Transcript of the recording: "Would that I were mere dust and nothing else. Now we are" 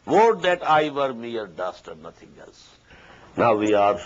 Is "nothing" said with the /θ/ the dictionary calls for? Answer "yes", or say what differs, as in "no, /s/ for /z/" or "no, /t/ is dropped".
no, /t/ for /θ/